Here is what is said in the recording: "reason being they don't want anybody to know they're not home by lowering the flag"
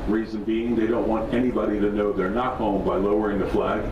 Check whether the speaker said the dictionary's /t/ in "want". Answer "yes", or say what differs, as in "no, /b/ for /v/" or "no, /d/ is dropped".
yes